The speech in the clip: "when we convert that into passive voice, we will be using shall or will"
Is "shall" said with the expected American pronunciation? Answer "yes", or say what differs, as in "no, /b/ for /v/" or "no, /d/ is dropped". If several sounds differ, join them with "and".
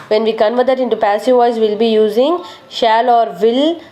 yes